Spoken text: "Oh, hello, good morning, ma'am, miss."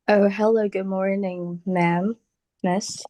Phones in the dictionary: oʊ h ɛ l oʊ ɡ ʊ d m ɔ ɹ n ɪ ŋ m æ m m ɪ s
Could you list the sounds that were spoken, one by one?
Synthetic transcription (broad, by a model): oʊ h ɛ l oʊ ɡ ʊ d m ɔ ɹ n ɪ ŋ m æ m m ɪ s